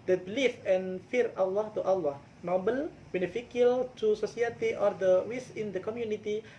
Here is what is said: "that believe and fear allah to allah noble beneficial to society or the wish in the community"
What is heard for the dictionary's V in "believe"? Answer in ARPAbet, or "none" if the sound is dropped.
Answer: F